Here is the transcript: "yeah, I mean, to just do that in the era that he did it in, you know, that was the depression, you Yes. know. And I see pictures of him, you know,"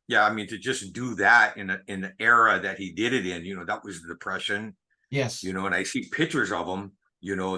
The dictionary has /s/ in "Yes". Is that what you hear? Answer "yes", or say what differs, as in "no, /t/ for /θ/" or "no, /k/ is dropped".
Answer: no, /s/ is dropped